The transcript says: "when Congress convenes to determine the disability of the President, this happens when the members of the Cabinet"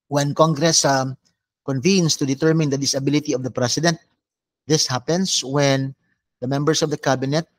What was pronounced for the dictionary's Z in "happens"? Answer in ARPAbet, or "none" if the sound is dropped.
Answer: S